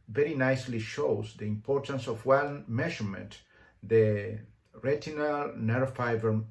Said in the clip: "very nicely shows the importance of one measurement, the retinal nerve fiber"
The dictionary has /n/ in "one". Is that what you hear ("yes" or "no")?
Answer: no